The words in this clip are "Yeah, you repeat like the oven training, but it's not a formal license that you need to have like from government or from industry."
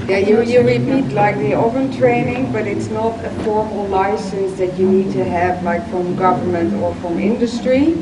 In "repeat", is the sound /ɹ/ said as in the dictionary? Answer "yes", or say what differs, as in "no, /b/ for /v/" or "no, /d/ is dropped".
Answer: yes